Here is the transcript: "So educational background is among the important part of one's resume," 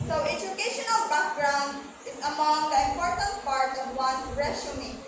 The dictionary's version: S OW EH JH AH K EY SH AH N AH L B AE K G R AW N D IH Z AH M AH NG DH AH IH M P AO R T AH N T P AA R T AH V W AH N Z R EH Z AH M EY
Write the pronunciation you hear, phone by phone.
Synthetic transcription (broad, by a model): S OW EH JH AH K EY SH AH N AH L B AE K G R AW N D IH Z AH M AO NG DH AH IH M P AO R T AH N T P AA R T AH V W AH N R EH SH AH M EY